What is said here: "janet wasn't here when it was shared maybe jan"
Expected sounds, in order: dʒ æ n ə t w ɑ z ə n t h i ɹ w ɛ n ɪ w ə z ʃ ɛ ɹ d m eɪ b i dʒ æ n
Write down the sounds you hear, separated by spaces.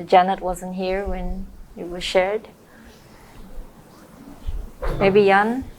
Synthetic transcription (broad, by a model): dʒ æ n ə t w ɑ z ə n t h i ɹ w ɛ n ɪ w ə z ʃ ɛ ɹ d m eɪ b i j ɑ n